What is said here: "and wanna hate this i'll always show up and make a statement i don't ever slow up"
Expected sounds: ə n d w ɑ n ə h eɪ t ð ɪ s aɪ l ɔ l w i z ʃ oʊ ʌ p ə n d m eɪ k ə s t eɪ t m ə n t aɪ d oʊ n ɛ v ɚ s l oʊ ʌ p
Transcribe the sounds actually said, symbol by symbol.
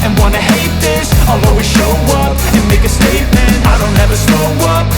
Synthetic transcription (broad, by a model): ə n w ɑ n ə h eɪ t ð ɪ s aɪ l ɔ w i ʃ oʊ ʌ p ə n m eɪ k ə s t eɪ t m ə n t aɪ d oʊ n ɛ v ɚ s oʊ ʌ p